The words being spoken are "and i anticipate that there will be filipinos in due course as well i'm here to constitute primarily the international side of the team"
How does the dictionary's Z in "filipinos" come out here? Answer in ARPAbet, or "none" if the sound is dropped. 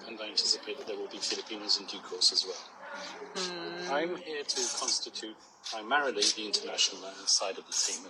Z